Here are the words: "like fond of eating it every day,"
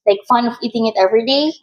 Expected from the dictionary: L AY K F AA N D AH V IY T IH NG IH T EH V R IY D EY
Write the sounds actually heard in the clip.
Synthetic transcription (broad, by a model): L AY K F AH N AH V IY T IH NG IH T EH V R IY D EY